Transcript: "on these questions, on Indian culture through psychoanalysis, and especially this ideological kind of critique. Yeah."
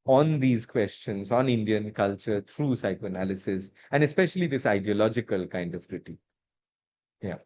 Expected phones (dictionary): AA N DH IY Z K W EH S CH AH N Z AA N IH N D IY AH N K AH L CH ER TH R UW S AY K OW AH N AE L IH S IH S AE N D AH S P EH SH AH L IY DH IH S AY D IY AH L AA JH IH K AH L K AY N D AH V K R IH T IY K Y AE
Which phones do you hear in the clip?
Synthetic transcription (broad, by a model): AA N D IY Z K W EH S CH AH N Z AA N IH N D IY AH N K AH L CH ER T R UW S AY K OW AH N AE L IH S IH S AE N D AH S P EH SH AH L IY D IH S AY D IY AH L AA JH IH K AH L K AY N D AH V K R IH T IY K Y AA